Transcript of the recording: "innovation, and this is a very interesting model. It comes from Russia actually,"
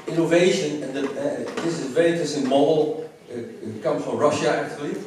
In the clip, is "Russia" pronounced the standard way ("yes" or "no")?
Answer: yes